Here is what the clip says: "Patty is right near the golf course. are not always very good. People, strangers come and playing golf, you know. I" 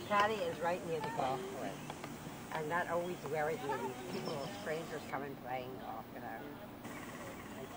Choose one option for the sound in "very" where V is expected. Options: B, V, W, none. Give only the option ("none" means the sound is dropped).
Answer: W